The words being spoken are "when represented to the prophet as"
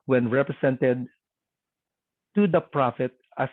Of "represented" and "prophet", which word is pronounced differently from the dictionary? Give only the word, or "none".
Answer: represented